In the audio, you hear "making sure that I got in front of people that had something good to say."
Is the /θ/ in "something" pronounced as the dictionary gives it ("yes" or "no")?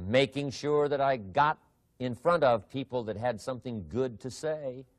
yes